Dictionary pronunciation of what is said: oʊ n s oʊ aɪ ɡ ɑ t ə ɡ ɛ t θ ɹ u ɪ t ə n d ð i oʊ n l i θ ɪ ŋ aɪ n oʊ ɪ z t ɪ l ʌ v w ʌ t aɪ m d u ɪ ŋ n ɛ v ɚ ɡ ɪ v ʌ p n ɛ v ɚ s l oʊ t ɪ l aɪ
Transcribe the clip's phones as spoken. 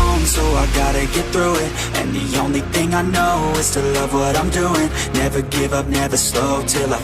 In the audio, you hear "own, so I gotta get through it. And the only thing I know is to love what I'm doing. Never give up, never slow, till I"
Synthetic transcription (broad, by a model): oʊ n s oʊ aɪ ɡ ɑ t ə ɡ ɛ t θ ɹ u ɪ t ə n ð i oʊ n l i θ ɪ ŋ aɪ n oʊ ɪ z t ɪ l ʌ v w ʌ t aɪ m d u ɪ ŋ n ɛ v ɚ ɡ ɪ v ʌ p n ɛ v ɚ s l oʊ t ɪ l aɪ